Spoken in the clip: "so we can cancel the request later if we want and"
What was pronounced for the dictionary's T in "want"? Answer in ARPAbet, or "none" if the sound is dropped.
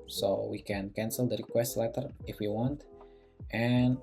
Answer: T